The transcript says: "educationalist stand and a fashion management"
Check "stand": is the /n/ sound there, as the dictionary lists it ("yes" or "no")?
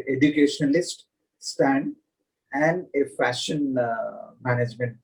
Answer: yes